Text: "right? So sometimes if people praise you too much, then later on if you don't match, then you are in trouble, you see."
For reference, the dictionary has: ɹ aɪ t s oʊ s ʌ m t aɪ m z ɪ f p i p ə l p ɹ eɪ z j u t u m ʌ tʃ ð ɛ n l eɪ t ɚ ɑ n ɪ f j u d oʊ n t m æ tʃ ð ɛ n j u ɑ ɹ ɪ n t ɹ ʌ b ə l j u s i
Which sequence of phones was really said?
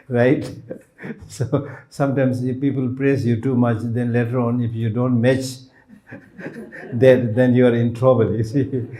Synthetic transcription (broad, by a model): ɹ aɪ t s oʊ s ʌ m t aɪ m s ɪ f p i p ə l p ɹ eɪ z j u t u m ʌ tʃ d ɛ n l eɪ t ɚ ɑ n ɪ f j u d oʊ n t m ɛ tʃ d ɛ n j u ɑ ɹ ɪ n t ɹ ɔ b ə l j u s i